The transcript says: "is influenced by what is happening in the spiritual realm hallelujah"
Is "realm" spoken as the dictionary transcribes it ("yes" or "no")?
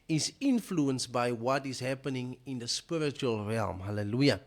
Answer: yes